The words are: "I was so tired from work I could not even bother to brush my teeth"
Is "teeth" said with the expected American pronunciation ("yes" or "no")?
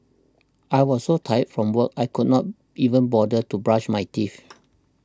no